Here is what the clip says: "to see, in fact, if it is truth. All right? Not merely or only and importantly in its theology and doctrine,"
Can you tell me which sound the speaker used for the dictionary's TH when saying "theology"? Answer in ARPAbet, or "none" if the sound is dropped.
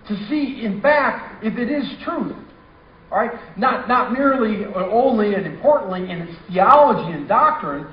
TH